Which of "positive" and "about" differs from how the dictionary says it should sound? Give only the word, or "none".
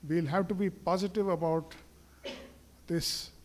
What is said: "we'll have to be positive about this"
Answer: none